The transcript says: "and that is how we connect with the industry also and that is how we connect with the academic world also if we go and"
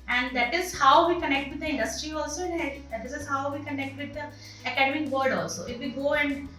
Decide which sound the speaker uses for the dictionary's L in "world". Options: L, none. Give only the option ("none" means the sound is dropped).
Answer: none